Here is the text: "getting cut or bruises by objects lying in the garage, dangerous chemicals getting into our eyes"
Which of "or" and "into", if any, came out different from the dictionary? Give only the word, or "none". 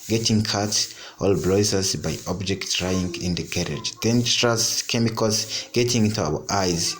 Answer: or